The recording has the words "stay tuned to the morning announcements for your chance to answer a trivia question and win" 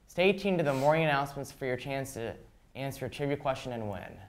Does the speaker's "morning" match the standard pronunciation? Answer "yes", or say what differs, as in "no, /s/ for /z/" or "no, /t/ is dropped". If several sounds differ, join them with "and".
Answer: no, /n/ is dropped